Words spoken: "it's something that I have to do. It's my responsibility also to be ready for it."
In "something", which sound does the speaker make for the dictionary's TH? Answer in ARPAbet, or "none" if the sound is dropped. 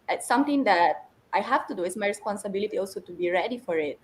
T